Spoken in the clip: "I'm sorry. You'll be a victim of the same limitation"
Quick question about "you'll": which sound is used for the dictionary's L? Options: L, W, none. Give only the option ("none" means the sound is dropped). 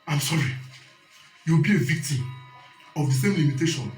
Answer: W